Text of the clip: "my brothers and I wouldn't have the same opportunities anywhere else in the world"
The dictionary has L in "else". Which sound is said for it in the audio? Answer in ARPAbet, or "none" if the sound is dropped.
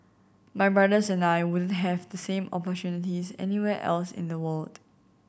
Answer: L